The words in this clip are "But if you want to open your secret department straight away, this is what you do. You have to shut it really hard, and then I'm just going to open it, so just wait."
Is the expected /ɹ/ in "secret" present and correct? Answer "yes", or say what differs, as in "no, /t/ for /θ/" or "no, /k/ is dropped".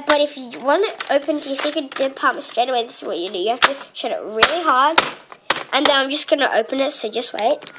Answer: no, /ɹ/ is dropped